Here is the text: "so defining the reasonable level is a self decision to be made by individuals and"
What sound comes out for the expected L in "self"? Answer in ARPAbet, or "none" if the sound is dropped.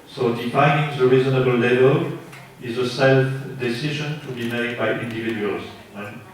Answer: L